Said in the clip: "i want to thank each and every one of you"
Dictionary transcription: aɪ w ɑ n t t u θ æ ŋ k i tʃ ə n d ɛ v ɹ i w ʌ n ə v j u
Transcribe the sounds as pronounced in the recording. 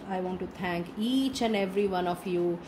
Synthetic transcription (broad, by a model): aɪ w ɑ n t t u t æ ŋ k i tʃ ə n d ɛ v ɹ i w ʌ n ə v j u